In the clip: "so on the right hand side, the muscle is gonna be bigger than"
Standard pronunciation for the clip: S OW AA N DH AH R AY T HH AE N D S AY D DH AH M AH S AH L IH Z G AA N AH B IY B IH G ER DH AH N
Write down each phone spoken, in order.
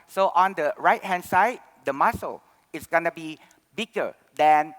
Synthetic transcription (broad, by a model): S OW AA N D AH R AY T HH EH N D S AY D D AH M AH S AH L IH S G AA N AH B IY B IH G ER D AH N